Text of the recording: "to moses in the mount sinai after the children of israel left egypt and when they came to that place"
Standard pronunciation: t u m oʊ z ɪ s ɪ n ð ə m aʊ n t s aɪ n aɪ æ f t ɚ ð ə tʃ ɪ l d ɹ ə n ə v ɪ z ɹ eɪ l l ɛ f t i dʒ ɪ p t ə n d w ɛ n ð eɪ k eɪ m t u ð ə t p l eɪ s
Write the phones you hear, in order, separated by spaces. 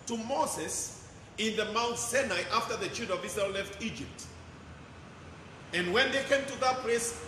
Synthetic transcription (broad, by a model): t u m oʊ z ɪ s ɪ n ð ə m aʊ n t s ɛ n aɪ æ f t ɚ ð ə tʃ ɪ d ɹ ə ə v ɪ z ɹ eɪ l l ɛ f t i dʒ ɪ p t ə n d w ɛ n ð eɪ k eɪ m t u ð ə t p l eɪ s